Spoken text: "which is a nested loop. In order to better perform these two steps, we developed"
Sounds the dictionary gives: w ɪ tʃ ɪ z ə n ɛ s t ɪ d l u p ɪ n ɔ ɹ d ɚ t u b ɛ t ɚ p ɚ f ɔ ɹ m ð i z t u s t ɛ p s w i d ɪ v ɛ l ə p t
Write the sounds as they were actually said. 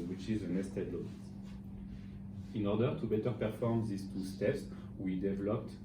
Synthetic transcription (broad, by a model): w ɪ tʃ ɪ z ə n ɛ s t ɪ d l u ɪ n ɔ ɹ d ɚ t u b ɛ t ɚ p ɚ f ɔ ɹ m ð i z t u s t ɛ p s w i d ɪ v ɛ l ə p t